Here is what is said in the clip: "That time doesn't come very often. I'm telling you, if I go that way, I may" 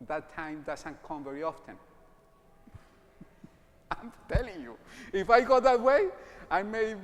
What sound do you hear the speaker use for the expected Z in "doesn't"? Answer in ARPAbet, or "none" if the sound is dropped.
S